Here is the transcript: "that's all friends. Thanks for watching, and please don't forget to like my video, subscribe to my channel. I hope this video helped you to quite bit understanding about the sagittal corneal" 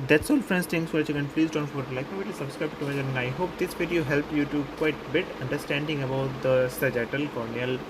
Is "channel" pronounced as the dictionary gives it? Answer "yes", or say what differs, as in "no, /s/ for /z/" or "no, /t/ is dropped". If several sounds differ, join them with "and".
no, /n/ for /l/